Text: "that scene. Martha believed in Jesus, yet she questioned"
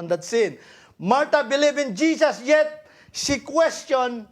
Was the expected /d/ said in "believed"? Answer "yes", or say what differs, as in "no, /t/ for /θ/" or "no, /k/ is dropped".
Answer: no, /d/ is dropped